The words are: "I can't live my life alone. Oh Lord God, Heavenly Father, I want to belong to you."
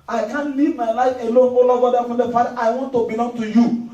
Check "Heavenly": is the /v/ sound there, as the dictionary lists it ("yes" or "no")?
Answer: no